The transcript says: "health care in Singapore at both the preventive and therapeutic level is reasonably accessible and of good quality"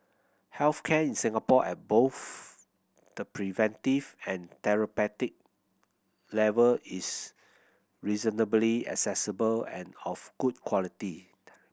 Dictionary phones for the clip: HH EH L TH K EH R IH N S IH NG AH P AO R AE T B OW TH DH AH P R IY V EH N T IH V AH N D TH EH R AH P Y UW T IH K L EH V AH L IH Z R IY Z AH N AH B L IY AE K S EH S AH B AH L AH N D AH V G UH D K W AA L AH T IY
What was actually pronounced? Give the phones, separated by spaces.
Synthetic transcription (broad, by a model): HH EH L F K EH IH N S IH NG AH P AO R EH T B OW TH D AH P R IY V EH N T IH V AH N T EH R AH P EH T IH K L EH V AH L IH S R IY Z AH N AH B L IY AE K S EH S AH B AH L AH N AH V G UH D K W AA L AH T IY